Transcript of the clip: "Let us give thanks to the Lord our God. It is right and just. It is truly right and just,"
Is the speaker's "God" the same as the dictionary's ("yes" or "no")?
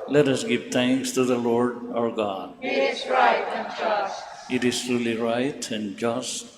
yes